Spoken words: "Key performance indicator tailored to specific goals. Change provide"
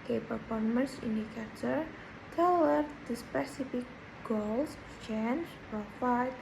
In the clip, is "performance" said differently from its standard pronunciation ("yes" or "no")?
yes